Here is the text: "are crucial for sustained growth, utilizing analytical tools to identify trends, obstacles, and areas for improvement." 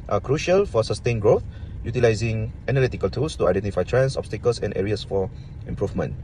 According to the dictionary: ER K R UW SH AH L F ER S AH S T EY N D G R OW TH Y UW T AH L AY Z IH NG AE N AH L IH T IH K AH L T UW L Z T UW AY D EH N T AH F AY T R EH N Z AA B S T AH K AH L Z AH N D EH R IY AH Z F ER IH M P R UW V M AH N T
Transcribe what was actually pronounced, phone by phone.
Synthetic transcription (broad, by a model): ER K R UW SH AH L F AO S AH S T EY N G R OW TH Y UW T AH L AY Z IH NG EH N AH L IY T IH K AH L T UW L S T UW AY D EH N T AH F AY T R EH N S AA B S T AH K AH L S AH N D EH R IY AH S F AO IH M P R UW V M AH N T